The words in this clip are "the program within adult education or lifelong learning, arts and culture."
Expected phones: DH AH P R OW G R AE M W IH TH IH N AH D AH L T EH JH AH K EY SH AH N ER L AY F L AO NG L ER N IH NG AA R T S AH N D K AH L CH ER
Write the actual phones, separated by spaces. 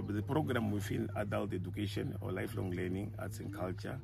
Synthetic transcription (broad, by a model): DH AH P R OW G R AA M W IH F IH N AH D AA L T EH JH AH K EY SH AH N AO L AY F L AO NG L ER N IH NG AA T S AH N K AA L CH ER